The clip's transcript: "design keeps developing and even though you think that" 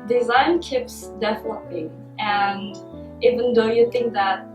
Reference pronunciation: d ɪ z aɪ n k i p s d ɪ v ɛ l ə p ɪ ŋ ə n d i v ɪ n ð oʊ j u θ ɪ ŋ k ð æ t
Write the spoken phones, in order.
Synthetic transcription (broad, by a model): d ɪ z aɪ n k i p s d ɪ f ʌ n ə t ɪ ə n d i v ɪ n ð oʊ j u θ ɪ ŋ k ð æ t